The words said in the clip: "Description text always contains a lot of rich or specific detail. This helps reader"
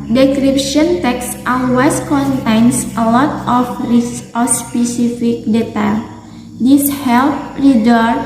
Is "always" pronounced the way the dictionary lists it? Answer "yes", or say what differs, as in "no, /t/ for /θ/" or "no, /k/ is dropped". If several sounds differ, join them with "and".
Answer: no, /s/ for /z/